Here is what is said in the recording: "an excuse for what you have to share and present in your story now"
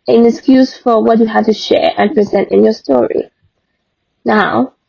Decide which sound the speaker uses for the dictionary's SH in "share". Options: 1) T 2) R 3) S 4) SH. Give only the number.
4